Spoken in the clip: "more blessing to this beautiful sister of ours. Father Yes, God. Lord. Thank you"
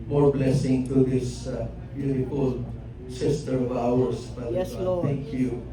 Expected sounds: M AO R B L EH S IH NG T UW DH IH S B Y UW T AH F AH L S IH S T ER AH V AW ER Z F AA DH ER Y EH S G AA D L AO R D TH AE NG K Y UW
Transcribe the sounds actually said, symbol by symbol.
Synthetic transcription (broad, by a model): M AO R B L EH S IH NG T UW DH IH S B Y UW T AH F AH L S IH S T ER AH V AW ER S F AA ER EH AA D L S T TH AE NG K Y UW